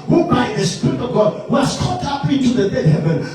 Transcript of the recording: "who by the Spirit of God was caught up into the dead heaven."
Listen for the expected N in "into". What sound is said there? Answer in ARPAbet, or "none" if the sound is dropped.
none